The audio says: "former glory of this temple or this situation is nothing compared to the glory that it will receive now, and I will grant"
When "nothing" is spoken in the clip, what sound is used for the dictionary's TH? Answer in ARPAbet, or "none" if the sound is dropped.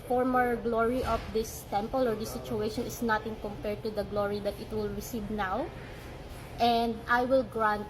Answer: T